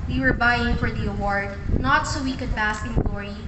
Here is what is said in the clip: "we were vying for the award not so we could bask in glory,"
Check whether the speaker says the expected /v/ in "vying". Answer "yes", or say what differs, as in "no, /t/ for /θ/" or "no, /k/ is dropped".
no, /b/ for /v/